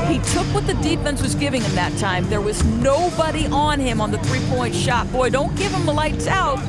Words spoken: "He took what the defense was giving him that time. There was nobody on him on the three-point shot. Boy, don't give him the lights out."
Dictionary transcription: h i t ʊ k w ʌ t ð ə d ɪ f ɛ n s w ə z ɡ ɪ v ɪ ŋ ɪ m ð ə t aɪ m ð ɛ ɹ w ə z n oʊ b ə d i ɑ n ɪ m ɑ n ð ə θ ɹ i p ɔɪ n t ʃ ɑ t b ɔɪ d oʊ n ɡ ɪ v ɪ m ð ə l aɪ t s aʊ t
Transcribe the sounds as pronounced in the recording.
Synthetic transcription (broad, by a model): h i t ʊ k w ʌ t ð ə d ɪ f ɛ n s w ə z ɡ ɪ v ɪ ŋ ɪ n ð ə t aɪ m ð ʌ ɹ w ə z n oʊ b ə d i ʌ n ɪ m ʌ n ð ə θ ɹ i p ɔɪ n t ʃ ɑ t b ɔɪ d oʊ n ɡ ɪ v ɪ m ð ə l aɪ t s aʊ t